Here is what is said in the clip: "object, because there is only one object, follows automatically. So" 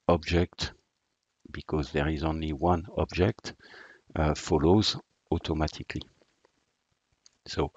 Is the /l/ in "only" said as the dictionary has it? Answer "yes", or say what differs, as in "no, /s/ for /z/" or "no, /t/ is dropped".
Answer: yes